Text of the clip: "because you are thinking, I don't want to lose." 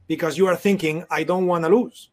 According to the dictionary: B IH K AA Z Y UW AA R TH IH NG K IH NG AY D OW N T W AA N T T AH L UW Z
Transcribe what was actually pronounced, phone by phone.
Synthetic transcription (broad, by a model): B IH K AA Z Y UW AA R TH IH NG K IH NG AY D OW N T W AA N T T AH L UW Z